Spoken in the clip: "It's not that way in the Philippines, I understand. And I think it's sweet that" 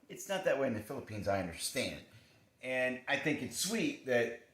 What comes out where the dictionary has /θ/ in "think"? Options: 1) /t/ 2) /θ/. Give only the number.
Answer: 2